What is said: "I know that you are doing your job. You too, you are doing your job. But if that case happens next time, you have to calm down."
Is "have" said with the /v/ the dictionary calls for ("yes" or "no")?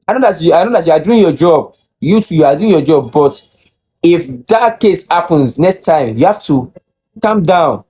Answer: no